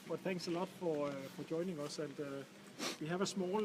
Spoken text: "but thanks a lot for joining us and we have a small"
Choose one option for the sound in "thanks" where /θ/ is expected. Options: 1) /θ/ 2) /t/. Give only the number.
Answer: 1